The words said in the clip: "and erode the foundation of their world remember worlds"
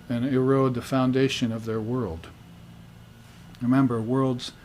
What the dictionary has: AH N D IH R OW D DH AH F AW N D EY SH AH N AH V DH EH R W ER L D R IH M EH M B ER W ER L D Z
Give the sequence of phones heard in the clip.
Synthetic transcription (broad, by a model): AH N IH R OW D DH AH F AW N D EY SH AH N AH V DH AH R W ER L D R IH M EH M B ER W ER L D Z